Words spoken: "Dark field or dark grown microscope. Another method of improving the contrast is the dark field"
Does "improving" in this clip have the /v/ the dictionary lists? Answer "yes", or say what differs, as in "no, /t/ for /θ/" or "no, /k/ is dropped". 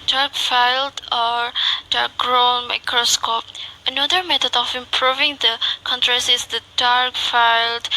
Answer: yes